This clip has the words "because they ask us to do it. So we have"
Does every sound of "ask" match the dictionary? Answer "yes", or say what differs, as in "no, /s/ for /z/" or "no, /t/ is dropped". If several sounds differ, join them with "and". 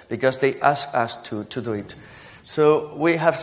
yes